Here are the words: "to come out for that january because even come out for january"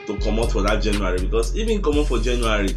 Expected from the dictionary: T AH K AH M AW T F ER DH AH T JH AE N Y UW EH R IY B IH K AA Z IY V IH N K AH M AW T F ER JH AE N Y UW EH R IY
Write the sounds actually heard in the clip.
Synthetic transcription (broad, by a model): T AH K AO M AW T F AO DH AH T JH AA N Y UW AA R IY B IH K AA S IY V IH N K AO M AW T F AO JH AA N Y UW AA R IY